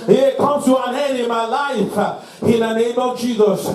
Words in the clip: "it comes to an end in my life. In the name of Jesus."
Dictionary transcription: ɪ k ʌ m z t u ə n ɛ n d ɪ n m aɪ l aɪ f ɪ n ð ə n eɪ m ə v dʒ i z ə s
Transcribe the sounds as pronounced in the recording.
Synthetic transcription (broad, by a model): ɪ k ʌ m t u ə n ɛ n ɪ n m aɪ l aɪ f ɪ n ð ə n eɪ m ə v dʒ i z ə s